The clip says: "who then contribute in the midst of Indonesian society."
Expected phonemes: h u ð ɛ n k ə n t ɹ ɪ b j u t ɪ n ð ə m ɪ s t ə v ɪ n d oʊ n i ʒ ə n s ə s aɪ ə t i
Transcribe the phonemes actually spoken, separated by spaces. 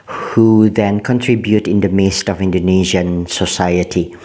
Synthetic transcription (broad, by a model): h u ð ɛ n k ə n t ɹ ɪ b j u t ɪ n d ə m ɪ s t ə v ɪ n d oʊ n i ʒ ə n s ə s aɪ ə t i